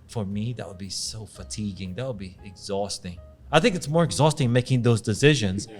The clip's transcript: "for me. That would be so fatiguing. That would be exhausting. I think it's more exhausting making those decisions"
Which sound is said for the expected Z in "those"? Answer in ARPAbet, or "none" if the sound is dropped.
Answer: Z